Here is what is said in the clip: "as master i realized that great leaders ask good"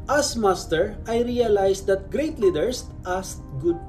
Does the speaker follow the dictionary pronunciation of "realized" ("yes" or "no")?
no